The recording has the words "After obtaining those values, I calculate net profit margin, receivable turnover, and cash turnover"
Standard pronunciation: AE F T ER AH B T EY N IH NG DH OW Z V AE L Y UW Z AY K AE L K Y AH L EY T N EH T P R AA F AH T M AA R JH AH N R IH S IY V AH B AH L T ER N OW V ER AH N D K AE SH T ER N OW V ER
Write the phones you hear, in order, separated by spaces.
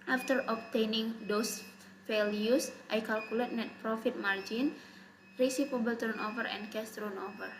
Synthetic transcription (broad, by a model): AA F T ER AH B T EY N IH NG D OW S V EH L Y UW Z AY K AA L K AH L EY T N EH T P R AA F AH T M AA R JH AH N R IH S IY P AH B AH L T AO N OW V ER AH N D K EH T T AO N OW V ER